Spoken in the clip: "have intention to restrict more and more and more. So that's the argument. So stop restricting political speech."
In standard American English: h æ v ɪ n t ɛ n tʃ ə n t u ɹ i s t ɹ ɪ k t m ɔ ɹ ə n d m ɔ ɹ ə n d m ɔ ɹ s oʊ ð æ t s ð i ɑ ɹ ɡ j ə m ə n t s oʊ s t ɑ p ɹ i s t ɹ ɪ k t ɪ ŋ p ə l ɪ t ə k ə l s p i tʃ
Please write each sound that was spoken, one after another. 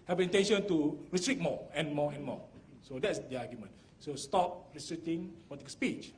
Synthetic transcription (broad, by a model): h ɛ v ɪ n t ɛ n ʃ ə n t u ɹ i s t ɹ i t m ɔ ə n m ɔ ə n m ɔ s oʊ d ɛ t s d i ɑ ɡ j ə m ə n s oʊ s t ɑ p ɹ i s t ɹ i t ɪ ŋ p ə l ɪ t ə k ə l s p i tʃ